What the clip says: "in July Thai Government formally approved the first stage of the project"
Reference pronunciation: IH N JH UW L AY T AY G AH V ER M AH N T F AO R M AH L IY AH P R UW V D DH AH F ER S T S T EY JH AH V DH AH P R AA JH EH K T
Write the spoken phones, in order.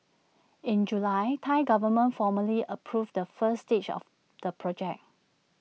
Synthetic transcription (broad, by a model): IH N JH UW L AY T AY G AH V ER M AH N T F AO M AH L IY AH P R UW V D AH F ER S S T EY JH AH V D AH P R AA JH EH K